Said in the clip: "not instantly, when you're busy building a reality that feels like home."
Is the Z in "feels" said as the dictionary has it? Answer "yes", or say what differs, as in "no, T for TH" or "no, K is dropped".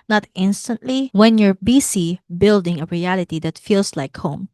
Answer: no, S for Z